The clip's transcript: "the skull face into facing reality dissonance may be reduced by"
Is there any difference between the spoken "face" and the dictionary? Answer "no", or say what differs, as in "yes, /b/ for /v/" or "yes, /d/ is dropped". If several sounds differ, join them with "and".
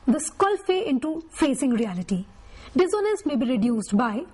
yes, /s/ is dropped